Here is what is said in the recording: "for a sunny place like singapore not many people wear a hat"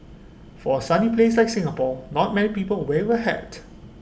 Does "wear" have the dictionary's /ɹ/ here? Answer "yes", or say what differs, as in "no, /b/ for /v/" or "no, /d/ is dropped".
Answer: no, /w/ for /ɹ/